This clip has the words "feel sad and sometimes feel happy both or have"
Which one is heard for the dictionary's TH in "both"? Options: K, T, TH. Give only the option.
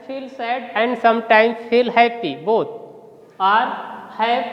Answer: T